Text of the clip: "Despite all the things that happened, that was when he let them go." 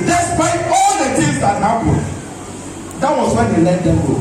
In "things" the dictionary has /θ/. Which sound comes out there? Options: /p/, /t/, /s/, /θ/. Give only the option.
/t/